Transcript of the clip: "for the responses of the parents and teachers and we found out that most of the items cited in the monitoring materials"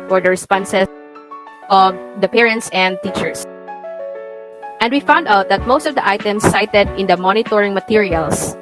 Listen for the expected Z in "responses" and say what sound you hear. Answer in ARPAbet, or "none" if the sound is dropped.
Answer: none